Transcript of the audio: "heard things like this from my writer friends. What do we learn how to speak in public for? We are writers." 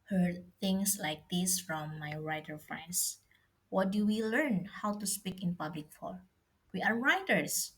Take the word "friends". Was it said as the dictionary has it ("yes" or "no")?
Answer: no